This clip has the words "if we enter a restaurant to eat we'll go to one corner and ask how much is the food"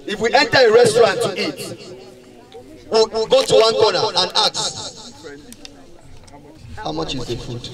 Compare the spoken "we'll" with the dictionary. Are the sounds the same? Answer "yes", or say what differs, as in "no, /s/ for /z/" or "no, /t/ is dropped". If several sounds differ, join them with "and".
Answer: no, /w/ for /l/